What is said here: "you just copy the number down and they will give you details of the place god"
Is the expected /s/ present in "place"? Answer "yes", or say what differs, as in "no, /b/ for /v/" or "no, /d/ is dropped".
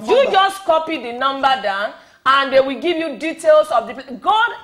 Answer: no, /s/ is dropped